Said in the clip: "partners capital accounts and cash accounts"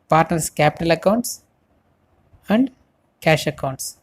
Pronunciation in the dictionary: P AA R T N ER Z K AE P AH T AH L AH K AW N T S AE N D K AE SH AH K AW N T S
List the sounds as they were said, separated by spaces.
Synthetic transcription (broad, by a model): P AA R T N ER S K AE P AH T AH L AH K AW N T S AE N D K AE SH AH K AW N T S